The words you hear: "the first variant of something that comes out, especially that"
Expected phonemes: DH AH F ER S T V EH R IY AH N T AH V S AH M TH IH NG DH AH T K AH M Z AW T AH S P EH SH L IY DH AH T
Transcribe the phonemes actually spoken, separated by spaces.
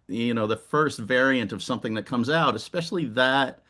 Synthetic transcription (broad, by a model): DH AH F ER S T V EH R IY AH N T AH V S AH M TH IH NG DH AH T K AH M Z AW T AH S P EH SH L IY DH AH T